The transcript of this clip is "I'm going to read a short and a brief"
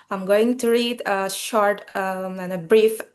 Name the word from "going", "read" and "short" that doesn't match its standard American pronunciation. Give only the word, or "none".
none